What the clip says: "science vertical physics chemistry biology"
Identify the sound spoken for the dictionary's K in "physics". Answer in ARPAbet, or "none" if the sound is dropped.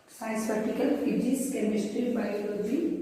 none